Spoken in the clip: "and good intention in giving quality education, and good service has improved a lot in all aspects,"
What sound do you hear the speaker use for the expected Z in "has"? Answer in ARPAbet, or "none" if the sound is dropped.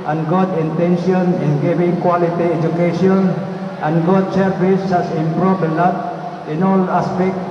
S